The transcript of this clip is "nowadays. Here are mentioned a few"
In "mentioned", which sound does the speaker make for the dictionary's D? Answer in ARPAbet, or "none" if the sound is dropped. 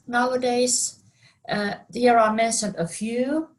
none